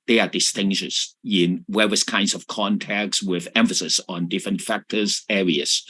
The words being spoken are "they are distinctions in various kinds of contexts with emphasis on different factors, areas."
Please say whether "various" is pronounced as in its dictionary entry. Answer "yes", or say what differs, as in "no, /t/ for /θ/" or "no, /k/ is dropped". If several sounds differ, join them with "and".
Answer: no, /w/ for /v/